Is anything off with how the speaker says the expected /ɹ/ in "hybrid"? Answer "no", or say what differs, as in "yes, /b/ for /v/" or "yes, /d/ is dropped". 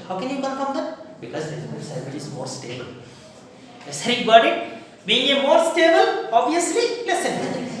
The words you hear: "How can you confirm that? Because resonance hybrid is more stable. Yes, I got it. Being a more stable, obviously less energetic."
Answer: yes, /ɹ/ is dropped